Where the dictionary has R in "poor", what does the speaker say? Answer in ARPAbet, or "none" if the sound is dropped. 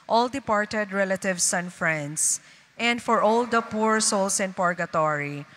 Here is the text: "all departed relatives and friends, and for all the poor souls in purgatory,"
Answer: R